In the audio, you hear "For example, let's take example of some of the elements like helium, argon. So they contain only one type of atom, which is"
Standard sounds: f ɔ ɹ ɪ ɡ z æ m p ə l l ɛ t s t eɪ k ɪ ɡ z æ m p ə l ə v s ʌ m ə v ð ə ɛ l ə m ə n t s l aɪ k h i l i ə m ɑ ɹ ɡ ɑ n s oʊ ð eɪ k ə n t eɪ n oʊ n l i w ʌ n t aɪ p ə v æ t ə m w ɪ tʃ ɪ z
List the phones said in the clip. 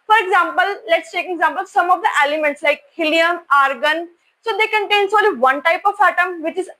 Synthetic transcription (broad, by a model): f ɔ ɹ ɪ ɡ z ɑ m p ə l l ɛ t s t eɪ k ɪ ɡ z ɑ m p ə l s ʌ m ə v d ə ɛ l ə m ə n t s l aɪ k h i l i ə m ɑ ɹ ɡ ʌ n s oʊ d eɪ k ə n t eɪ n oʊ l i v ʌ n t aɪ p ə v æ t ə m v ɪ tʃ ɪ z